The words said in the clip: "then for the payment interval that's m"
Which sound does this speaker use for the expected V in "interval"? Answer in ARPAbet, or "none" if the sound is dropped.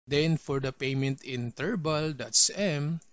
B